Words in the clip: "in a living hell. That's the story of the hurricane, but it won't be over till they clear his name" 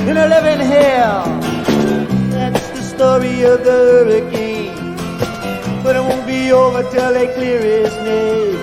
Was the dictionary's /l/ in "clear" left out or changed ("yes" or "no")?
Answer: no